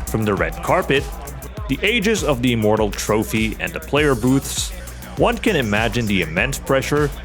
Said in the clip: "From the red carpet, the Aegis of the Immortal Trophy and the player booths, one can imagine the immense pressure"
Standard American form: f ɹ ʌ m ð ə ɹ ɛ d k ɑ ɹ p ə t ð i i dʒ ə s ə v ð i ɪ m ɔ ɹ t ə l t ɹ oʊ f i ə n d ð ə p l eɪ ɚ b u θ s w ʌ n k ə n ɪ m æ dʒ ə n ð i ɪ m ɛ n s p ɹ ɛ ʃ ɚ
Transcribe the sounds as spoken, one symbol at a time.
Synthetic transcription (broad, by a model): f ɹ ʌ m ð ə ɹ ɛ d k ɑ ɹ p ə t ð i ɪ dʒ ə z ə v ð i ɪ m ɔ ɹ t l t ɹ oʊ f i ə n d ð ə p l eɪ ɚ b u θ s w ʌ n k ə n ɪ m æ dʒ ə n ð i ɪ m ɛ n s p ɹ ɛ ʃ ɚ